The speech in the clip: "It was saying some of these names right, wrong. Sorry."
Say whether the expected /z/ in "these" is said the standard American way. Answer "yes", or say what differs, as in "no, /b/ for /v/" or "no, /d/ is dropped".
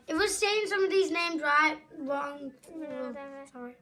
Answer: yes